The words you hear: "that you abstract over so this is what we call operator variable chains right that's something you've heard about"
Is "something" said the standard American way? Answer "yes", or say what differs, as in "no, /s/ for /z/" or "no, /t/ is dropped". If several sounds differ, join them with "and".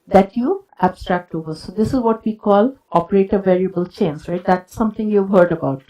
no, /t/ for /θ/